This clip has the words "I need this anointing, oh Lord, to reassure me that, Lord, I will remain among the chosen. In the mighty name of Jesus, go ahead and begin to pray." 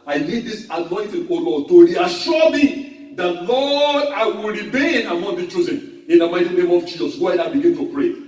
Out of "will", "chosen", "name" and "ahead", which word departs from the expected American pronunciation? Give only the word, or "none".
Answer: ahead